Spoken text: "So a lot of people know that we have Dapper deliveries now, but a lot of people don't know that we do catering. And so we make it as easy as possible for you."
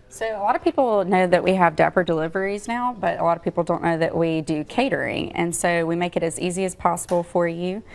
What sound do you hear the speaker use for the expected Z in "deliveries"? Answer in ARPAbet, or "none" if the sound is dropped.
Z